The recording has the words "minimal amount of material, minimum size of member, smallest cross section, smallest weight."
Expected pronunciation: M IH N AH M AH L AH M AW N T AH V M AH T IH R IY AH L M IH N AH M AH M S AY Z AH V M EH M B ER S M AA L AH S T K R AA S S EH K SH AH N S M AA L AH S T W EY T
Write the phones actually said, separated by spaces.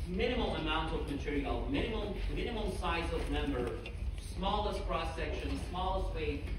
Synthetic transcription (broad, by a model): M IH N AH M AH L AH M AW N T AH V M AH T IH R IY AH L M IH N AH M AH M S AY Z AH V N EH M B ER S M AA L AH S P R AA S S EH K SH AH N S M AA L AH S T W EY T